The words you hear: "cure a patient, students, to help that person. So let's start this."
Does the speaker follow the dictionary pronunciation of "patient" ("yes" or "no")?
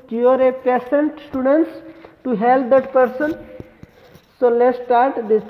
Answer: no